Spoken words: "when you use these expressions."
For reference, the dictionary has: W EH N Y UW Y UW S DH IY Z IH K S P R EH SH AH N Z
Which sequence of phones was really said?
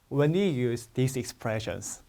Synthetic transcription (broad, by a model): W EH N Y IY Y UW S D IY S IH K S P R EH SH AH N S